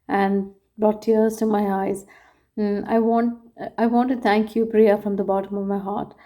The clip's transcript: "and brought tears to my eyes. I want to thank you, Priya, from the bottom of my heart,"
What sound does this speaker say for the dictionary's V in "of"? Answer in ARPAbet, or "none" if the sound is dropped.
V